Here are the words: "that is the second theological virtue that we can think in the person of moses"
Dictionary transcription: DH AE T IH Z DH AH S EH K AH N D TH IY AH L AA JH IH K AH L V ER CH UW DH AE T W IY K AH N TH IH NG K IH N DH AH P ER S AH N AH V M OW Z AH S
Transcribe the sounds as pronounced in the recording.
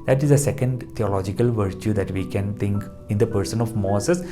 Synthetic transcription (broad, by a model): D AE T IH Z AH S EH K AH N D T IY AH L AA JH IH K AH L V ER CH UW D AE T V IY K AH N T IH NG K IH N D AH P ER S AH N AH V M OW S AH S